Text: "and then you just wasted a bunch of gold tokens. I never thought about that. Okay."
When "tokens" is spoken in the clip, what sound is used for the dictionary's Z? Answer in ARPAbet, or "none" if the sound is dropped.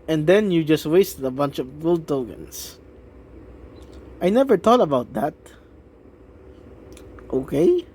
S